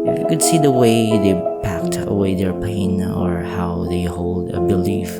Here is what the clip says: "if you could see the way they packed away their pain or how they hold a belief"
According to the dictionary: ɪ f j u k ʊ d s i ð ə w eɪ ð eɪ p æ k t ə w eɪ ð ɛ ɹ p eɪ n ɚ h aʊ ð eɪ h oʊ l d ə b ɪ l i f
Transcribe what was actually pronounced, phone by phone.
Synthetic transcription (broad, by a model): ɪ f j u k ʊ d s i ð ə w eɪ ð eɪ p æ k t ə w eɪ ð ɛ ɹ p eɪ n ɚ h aʊ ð eɪ h oʊ l d ə b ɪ l i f